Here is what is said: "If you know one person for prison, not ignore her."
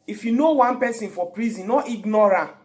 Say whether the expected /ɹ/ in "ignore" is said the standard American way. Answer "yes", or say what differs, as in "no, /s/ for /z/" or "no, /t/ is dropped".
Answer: yes